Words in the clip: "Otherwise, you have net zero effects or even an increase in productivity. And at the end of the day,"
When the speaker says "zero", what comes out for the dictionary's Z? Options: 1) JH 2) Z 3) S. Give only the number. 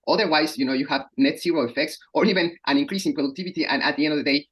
3